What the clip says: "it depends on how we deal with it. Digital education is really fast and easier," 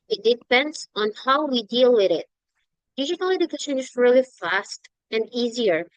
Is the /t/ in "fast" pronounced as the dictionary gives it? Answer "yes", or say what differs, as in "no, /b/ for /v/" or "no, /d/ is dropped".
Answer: yes